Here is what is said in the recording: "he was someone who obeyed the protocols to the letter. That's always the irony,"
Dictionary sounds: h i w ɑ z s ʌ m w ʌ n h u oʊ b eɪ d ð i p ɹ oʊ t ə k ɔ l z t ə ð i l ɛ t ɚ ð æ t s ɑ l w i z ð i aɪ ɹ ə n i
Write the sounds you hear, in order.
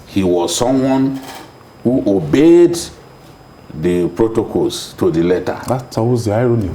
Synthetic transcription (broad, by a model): h i w ɑ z s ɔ m w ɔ n h u oʊ b eɪ d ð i p ɹ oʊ t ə k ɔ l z t ə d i l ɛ t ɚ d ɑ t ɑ w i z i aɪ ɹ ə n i